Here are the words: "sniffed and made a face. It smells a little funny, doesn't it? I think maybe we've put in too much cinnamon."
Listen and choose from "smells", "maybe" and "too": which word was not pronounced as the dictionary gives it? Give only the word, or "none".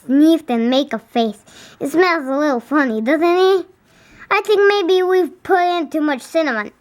smells